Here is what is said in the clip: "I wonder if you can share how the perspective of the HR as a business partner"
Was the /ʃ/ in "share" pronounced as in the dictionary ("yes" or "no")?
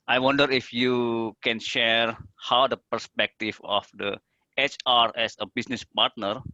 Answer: yes